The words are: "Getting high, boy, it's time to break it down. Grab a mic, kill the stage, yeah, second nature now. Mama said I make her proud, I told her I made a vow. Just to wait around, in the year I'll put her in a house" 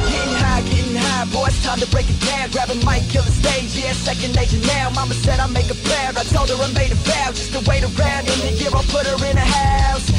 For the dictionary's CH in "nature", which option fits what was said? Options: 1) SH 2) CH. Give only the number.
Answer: 1